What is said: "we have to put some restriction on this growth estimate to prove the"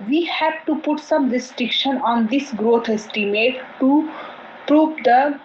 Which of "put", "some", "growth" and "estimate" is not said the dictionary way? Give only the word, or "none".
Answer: growth